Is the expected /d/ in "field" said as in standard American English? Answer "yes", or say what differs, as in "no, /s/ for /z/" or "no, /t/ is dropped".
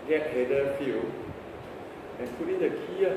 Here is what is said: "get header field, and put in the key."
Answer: no, /d/ is dropped